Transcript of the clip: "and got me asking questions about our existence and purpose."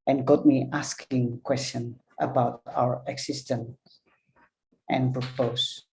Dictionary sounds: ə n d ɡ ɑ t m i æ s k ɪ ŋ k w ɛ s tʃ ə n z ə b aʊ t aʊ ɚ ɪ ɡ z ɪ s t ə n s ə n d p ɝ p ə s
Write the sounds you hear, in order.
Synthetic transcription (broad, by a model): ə n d ɡ ɑ t m i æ s k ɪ ŋ k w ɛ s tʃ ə n ə b aʊ t aʊ ɚ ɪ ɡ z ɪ s t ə n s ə n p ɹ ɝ p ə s